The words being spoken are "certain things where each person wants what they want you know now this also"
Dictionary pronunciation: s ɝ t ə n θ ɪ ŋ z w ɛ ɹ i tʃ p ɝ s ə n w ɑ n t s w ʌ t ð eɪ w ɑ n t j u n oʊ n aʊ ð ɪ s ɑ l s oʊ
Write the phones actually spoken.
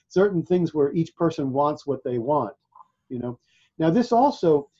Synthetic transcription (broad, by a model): s ɝ t n θ ɪ ŋ z w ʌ ɹ i tʃ p ɝ s ə n w ɑ n t s w ʌ t ð eɪ w ɑ n t j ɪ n oʊ n aʊ ð ɪ s ɑ l s oʊ